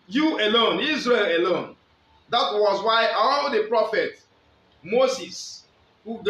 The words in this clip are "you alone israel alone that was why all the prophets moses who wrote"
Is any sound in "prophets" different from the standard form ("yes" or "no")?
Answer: yes